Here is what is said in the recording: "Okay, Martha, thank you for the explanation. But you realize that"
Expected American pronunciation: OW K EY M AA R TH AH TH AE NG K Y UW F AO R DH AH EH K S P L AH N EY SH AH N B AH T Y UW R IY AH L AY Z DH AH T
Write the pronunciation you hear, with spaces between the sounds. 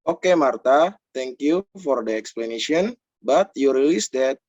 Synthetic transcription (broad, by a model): OW K EY M AA R T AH T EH NG K Y UW F AO R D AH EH K S P L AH N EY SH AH N B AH T Y UW R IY L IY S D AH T